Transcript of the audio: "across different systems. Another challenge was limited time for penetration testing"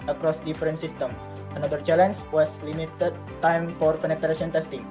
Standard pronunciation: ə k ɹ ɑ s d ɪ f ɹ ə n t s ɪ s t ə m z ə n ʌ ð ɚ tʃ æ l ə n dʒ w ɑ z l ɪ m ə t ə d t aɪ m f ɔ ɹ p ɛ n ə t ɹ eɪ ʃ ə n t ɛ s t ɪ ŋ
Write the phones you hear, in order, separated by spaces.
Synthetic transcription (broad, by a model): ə k ɹ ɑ s d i f ɹ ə n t s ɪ s t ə m ə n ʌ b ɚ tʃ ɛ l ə n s w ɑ s l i m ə t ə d t aɪ m f ɔ ɹ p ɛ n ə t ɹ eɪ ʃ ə n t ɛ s t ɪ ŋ